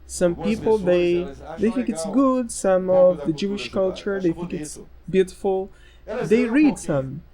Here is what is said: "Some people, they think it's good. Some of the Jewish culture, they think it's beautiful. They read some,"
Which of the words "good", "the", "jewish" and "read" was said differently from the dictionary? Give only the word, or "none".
none